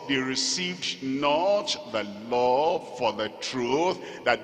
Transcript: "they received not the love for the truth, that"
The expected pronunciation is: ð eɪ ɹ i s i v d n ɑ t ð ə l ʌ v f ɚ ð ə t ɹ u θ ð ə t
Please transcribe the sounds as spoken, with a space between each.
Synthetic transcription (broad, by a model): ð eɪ ɹ i s i v d n ɑ t ð ə l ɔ f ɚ ð ə t ɹ u θ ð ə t